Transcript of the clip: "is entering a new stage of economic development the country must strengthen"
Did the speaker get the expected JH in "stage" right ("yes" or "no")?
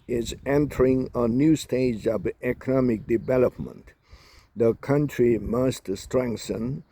yes